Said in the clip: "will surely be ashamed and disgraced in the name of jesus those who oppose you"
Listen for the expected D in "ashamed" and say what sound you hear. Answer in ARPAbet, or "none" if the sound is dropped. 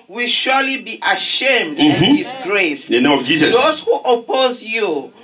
D